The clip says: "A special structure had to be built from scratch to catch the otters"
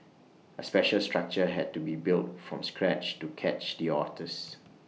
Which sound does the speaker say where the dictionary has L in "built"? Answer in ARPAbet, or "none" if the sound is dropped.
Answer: L